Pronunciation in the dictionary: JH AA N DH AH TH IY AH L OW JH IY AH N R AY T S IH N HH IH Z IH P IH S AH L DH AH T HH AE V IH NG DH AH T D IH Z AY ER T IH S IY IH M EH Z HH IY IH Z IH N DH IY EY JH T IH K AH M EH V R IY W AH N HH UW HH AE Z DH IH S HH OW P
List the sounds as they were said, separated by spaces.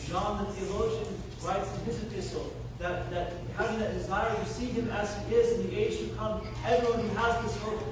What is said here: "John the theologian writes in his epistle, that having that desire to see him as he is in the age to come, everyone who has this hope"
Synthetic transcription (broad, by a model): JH AA N DH AH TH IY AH L OW ZH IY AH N R AY T S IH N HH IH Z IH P IH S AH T DH AH T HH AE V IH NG DH AH T D IH Z AY ER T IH S IY IH M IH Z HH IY IH Z IH N DH IY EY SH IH K AH M EH V R IY W AH N HH UW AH Z DH IH S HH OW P